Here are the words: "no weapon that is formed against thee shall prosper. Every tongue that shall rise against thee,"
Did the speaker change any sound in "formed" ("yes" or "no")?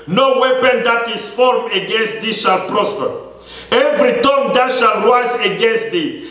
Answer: yes